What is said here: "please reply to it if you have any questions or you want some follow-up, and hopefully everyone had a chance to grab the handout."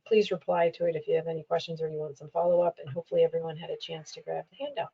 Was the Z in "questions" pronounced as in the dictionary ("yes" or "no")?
yes